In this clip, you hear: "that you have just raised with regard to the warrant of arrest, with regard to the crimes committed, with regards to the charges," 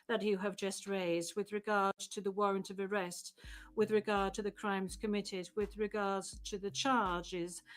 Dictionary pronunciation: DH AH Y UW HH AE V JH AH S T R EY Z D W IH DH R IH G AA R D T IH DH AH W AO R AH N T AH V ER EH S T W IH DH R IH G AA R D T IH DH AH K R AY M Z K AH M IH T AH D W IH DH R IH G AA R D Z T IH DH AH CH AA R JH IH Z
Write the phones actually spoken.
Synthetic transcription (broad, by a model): DH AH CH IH V JH AH S T R EY Z D W IH DH R IH G AA R D T IH DH AH W AO R AH N T AH V ER EH S T W IH DH R IH G AA R D T IH DH AH K R AY M Z K AH M IH T AH D W IH DH R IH G AA R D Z T IH DH AH CH AA R JH IH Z